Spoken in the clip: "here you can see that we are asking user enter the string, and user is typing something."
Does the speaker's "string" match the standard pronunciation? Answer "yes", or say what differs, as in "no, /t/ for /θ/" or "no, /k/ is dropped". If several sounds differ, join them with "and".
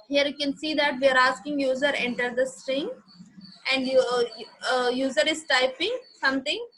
yes